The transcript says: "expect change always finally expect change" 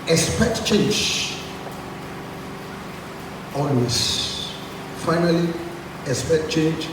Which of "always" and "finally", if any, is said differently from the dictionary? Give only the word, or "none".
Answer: always